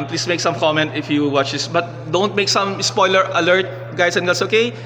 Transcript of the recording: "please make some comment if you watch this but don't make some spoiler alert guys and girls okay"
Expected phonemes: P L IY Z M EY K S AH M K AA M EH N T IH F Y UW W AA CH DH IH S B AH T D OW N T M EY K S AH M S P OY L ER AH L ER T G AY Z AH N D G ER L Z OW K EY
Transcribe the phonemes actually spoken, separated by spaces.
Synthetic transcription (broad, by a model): P L IY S M EY K S AH M K AA M EH N T IH F Y UW W AA CH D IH S B AH T D OW N T M EY K S AH M S P OY L ER AH L ER T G AY S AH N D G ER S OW K EY